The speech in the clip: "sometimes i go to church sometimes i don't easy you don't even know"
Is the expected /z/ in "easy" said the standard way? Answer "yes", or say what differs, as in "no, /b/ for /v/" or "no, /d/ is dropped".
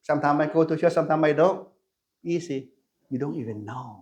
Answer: no, /s/ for /z/